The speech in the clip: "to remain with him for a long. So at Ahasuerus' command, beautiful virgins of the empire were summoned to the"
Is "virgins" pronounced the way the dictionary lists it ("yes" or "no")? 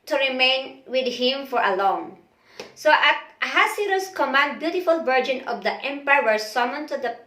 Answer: no